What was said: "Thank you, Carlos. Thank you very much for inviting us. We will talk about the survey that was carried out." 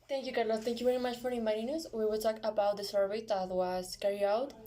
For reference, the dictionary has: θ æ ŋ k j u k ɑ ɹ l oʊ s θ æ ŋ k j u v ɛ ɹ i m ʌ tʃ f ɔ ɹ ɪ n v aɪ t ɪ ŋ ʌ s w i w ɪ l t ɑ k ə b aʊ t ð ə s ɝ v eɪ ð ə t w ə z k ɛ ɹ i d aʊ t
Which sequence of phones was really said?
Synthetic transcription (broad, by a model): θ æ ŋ k j u k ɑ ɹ l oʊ θ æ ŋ k j u v ɛ ɹ i m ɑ tʃ f ɔ ɹ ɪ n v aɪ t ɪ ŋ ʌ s w i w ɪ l t ɑ k ə b aʊ t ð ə s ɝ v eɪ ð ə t w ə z k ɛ ɹ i aʊ t